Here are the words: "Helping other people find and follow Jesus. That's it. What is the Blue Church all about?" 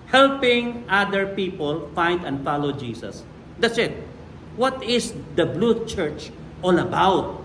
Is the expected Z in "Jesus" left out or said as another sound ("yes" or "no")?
yes